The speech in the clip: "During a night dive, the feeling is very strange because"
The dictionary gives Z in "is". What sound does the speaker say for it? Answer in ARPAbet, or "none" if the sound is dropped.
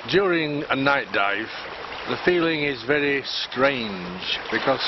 Z